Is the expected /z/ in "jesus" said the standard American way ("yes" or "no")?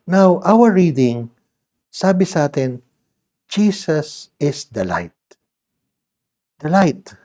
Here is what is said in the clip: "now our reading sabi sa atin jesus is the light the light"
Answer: no